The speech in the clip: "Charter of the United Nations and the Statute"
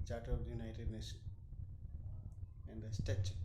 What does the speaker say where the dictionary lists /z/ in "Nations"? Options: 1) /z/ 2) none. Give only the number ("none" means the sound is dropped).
2